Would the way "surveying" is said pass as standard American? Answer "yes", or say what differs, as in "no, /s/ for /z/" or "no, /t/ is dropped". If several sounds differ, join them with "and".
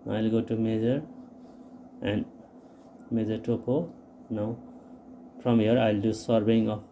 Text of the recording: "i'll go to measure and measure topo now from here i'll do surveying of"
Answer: no, /b/ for /v/